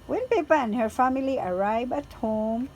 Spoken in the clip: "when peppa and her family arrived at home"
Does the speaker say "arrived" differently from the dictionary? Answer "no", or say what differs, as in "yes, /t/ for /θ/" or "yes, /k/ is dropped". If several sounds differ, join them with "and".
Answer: yes, /d/ is dropped